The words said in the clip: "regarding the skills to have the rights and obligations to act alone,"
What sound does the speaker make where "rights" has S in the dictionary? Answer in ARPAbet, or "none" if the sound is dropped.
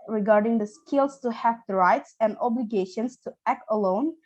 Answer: S